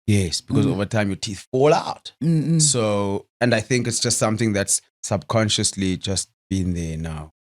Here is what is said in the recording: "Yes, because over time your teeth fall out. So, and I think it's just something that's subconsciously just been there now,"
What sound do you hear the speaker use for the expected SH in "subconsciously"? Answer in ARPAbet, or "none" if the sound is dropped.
SH